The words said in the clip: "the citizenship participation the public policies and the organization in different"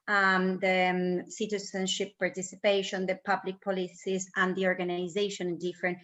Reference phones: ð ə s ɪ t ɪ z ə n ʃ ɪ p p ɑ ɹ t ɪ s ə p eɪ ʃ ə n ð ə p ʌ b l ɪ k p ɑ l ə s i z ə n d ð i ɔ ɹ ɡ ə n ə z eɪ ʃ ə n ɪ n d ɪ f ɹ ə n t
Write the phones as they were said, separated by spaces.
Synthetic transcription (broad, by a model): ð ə s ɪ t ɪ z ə n ʃ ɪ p p ɑ ɹ t ɪ s ə p eɪ ʃ ə n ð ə p ʌ b l ɪ k p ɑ l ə s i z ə n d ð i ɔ ɹ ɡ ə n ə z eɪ ə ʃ ɪ n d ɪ f ɹ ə n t